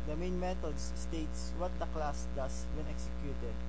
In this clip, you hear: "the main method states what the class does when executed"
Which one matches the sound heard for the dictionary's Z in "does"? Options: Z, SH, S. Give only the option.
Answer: S